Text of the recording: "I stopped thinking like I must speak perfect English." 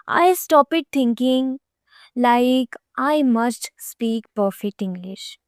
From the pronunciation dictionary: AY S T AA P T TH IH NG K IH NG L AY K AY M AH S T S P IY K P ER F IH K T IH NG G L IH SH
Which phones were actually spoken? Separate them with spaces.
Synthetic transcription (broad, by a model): AY S T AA P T T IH NG K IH NG L AY K AY M AH S T S P IY K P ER F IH K T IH NG G L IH SH